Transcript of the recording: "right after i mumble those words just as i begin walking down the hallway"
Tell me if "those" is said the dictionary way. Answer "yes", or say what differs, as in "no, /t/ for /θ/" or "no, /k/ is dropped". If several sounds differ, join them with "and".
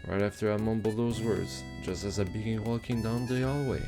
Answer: yes